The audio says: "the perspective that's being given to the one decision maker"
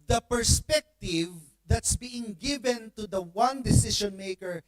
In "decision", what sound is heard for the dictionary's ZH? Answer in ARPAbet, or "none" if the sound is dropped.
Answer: SH